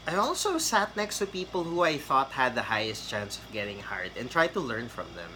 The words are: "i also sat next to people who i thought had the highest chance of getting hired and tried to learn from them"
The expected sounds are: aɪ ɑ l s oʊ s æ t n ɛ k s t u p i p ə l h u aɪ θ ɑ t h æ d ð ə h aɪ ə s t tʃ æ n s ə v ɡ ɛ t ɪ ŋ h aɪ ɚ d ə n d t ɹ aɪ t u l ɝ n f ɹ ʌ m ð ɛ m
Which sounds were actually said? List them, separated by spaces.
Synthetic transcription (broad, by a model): aɪ ɑ l s oʊ s æ t n ɛ k s t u p i p ə l h u aɪ θ ɑ t h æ d ð ə h aɪ ə s t tʃ æ n s ə v ɡ ɛ t ɪ ŋ h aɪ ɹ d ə n t ɹ aɪ t u l ɝ n f ɹ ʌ m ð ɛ m